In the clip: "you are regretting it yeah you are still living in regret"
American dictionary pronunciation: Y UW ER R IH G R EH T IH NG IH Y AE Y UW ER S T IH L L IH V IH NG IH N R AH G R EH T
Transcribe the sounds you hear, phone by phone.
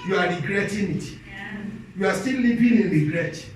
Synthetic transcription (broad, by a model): Y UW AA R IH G R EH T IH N IH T Y UW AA S T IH L L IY P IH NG IH N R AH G R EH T